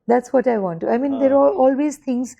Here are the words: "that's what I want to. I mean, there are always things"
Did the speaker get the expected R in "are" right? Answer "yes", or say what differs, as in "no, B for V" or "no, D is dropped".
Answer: no, L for R